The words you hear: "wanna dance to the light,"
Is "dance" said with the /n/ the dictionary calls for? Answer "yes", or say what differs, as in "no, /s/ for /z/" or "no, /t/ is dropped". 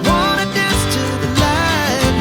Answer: no, /n/ is dropped